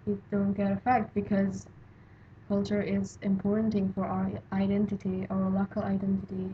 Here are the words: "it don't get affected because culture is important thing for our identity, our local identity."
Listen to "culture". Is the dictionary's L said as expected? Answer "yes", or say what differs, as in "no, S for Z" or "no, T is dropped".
yes